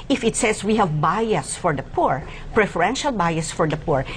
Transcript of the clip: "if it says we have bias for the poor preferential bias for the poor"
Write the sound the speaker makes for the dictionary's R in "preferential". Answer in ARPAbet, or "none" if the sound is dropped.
R